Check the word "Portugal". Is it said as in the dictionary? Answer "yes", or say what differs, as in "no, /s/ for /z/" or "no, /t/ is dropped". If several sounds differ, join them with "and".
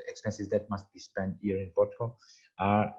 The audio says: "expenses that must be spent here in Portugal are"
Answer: no, /b/ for /p/